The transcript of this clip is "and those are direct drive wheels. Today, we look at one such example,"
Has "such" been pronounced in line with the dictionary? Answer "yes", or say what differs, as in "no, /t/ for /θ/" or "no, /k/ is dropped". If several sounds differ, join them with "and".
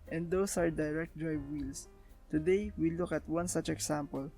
yes